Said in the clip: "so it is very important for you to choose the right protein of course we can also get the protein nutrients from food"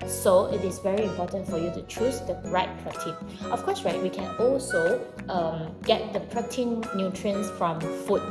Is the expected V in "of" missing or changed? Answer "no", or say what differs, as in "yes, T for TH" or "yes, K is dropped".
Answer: yes, F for V